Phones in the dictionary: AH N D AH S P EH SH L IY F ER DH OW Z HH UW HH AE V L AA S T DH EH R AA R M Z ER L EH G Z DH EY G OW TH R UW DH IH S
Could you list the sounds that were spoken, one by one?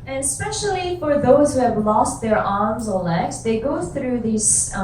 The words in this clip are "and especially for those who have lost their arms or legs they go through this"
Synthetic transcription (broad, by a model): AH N AH S P EH SH L IY F ER DH OW Z HH UW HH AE V L AA S T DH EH R AA R M Z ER L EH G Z DH EY G OW TH R UW DH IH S